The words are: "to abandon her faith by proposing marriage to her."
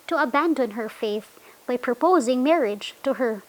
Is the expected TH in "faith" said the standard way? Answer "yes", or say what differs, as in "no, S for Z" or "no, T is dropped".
yes